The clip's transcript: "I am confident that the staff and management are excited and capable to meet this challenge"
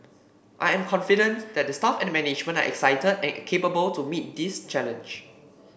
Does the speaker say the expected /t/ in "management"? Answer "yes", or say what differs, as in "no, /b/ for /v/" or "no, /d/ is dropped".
no, /t/ is dropped